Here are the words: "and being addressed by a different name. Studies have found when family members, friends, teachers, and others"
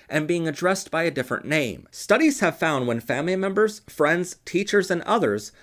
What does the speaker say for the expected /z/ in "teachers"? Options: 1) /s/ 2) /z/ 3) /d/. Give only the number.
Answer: 2